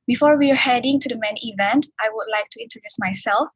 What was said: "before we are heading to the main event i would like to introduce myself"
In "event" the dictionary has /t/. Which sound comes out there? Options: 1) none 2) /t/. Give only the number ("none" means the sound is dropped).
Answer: 2